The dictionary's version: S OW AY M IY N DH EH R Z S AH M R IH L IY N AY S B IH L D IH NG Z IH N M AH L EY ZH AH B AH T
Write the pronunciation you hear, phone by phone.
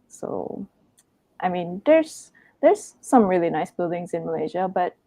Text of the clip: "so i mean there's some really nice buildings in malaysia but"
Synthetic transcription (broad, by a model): S OW AY M IY N DH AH R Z S AH M R IH L IY N AY S B IH L D IH NG Z IH N M AH L EY ZH AH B AH T